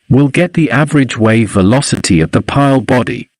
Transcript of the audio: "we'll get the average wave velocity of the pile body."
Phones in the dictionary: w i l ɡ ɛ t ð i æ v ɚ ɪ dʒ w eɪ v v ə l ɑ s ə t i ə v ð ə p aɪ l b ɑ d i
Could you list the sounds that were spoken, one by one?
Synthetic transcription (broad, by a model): w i l ɡ ɛ t ð i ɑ v ɚ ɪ dʒ w eɪ v v ə l ɑ s ə t i ə v ð ə p aɪ l b ɑ d i